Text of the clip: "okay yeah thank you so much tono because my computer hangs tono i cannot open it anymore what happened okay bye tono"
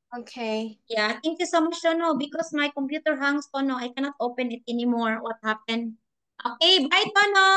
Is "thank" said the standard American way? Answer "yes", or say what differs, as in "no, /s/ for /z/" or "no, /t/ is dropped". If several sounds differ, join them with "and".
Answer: no, /t/ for /θ/